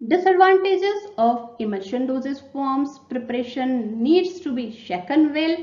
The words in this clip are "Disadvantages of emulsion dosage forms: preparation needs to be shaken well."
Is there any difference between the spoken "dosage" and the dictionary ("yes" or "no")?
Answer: yes